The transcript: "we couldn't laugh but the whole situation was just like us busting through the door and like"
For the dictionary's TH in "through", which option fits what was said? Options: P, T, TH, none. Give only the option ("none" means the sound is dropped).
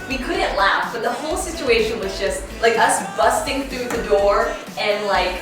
TH